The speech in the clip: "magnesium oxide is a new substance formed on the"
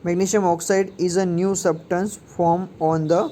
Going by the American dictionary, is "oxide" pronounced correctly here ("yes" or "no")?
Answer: yes